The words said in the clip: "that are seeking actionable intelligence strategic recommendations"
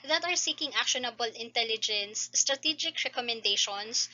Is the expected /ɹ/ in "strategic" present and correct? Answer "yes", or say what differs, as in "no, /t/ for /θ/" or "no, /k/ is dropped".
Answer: yes